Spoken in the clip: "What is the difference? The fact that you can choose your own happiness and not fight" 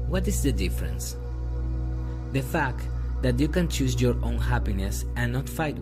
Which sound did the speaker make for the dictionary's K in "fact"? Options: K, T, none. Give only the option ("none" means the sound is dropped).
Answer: K